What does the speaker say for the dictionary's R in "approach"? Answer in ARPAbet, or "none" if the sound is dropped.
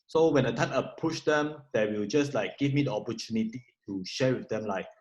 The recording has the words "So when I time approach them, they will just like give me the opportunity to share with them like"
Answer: none